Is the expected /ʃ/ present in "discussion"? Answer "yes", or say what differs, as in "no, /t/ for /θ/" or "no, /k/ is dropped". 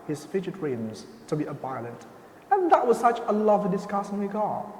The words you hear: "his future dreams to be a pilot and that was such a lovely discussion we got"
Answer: no, /s/ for /ʃ/